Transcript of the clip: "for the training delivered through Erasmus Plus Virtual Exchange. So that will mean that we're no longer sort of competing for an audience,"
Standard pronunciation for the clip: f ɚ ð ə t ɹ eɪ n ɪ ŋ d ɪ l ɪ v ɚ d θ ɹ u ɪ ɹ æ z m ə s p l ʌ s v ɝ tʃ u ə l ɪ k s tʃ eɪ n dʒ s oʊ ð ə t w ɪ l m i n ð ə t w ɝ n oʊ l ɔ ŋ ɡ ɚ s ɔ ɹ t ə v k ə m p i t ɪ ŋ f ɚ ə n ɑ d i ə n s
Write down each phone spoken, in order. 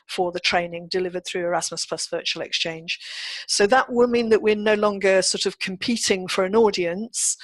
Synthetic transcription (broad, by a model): f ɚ ð ə t ɹ eɪ n ɪ ŋ d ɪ l ɪ v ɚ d θ ɹ u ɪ ɹ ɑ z m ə s p l ʌ s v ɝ tʃ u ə l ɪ k s tʃ eɪ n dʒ s oʊ ð ə t w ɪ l m i n ð ə t w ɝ n oʊ l ɔ ŋ ɡ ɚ s ɔ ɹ t ə v k ə m p i t ɪ ŋ f ɚ ə n ɑ d i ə n s